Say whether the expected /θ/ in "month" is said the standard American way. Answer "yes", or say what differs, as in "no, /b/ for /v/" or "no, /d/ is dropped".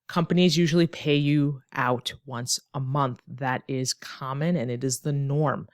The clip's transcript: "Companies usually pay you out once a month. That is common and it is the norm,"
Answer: yes